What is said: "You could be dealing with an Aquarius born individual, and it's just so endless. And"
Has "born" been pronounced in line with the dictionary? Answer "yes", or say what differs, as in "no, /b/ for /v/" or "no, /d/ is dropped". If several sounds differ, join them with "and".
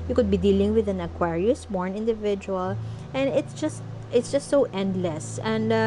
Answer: yes